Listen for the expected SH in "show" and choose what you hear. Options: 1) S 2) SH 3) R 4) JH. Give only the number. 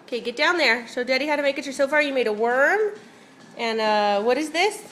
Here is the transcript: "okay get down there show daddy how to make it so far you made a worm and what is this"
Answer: 1